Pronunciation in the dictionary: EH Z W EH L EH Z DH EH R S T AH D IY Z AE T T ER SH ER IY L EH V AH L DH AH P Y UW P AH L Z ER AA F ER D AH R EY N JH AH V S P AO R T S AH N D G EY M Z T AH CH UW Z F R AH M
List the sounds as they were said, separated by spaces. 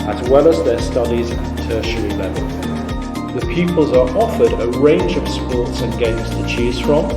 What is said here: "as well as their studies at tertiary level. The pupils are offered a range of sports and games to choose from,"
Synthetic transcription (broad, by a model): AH Z W EH L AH Z DH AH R S T AH D IY Z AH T T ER SH ER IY L EH V AH L DH AH P Y UW P AH L Z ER AA F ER D AH R EY N JH AH V S P AO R T S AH N G EY M Z T AH CH UW Z F R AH M